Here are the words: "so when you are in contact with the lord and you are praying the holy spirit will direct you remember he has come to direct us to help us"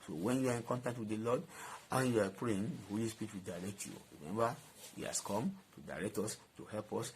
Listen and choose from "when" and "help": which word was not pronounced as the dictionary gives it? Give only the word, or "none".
none